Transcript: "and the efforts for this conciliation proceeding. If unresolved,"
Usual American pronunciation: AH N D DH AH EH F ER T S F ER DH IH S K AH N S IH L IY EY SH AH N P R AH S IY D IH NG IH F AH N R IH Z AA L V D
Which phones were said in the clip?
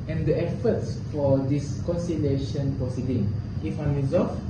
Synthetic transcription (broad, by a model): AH N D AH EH F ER T S F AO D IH S K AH N S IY L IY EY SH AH N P AH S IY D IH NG IH F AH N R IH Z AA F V